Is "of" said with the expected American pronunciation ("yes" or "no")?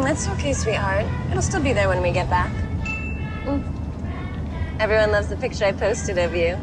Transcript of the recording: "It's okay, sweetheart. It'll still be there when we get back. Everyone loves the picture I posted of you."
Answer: yes